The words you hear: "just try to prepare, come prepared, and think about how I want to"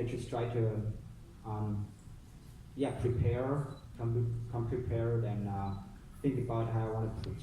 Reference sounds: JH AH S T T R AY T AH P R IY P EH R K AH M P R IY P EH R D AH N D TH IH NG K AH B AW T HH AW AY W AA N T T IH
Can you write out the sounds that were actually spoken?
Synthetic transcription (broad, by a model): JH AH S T T R AY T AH P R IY P EH R K AH M P R IY P EH R D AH N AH TH IH NG K AH B AW T HH AW AY W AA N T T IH